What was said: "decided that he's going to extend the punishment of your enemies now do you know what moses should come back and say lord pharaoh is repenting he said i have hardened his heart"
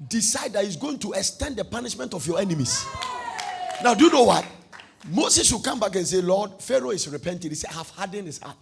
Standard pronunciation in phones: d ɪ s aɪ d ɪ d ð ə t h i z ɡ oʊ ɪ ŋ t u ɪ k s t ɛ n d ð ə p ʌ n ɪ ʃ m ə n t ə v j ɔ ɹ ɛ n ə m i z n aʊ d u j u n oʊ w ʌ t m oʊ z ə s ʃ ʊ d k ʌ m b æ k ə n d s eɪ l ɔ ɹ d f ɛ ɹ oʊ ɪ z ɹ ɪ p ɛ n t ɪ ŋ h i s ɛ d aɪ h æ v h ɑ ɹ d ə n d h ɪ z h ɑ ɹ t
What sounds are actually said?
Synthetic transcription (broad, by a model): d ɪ s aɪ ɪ d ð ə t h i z ɡ oʊ ɪ ŋ t u ɪ k s t ɛ n d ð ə p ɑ n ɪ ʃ m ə n t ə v j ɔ ɛ n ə m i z n aʊ d u j u n oʊ w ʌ t m oʊ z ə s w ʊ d k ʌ m b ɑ k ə n s eɪ l ɔ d f ɛ ɹ oʊ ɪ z ɹ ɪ p ɛ n t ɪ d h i s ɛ aɪ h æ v h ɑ d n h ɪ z h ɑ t